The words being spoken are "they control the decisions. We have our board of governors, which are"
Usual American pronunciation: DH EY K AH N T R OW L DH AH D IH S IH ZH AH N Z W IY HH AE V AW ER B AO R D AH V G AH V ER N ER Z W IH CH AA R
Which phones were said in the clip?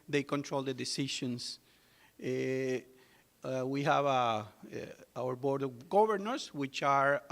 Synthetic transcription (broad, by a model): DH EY K AH N T R OW L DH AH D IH S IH SH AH N S W IY HH AE V AW ER B AO R D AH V G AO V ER N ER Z W IH CH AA R